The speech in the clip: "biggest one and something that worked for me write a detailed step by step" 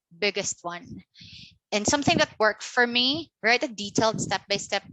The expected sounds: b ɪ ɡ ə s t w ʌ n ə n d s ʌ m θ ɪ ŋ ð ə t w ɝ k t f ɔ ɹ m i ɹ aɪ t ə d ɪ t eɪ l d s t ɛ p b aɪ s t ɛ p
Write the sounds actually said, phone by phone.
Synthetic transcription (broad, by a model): b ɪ ɡ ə s t w ʌ n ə n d s ʌ m θ ɪ ŋ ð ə t w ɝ k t f ɔ ɹ m i ɹ aɪ t ə d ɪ t eɪ l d s t ɛ p b aɪ s t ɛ p